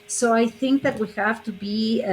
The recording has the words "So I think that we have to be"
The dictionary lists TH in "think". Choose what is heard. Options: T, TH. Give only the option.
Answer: TH